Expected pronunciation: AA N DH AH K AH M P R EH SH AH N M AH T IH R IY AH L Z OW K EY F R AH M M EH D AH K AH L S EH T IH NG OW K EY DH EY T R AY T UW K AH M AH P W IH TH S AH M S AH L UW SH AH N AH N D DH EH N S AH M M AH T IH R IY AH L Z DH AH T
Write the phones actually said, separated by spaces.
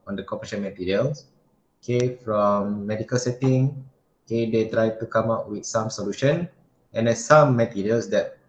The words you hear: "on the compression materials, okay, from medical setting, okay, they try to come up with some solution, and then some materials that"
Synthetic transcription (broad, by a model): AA N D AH K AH P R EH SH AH N M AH T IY R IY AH L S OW K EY F R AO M M EH D AH K AH L S EH T IH NG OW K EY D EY T R AY T UW K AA M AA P W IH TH S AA M S AH L UW SH AH N AH N D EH S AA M M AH T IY R IY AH L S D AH T